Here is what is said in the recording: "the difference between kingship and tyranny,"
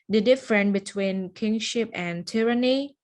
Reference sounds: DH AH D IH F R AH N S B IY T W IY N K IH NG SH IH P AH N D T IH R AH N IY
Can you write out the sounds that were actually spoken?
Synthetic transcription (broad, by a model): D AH D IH F R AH N B IY T W IY N K IH NG SH IH P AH N T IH R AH N IY